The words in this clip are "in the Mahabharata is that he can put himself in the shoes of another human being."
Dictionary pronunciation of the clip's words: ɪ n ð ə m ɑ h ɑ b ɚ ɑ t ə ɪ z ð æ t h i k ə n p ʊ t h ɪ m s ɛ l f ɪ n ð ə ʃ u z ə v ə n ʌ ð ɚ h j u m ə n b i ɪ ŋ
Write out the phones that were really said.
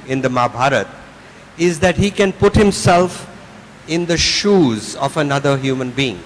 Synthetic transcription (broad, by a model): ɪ n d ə m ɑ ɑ b ɑ t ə ɪ z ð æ t h i k ə n p ʊ t h ɪ m s ɛ l f ɪ n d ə ʃ u z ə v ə n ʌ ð ɚ h j u m ə n b i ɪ ŋ